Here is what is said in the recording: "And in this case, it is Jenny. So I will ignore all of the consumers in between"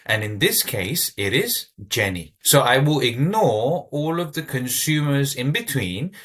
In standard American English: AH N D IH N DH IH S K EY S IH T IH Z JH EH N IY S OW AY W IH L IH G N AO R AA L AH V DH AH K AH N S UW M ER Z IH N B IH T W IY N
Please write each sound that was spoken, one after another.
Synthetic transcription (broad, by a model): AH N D IH N DH IH S K EY S IH T IH Z JH EH N IY S OW AY W IH L IH G N AO R AA L AH V DH AH K AH N S UW M ER Z IH N B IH T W IY N